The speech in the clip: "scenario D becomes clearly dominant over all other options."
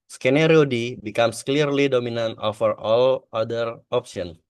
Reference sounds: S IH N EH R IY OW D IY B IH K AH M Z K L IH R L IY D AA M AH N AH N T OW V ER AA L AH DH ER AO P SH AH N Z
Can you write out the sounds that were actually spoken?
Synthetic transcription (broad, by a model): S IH N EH R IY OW D IY B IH K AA M S K L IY R L IY D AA M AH N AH N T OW F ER AA L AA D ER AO P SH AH N